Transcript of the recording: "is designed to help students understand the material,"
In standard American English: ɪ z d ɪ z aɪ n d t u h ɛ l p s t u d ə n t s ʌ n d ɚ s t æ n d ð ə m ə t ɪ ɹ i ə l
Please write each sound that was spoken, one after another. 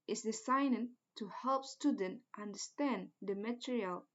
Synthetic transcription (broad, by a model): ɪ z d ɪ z aɪ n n t u h ɛ l p s t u d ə n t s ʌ n d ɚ s t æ n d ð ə m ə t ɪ ɹ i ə l